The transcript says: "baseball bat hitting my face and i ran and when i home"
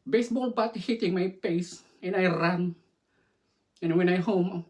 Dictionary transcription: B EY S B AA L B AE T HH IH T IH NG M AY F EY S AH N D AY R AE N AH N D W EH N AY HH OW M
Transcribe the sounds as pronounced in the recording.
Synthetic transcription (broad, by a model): B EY S B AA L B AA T HH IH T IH NG M AY P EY S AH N AY R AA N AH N W EH N AY HH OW M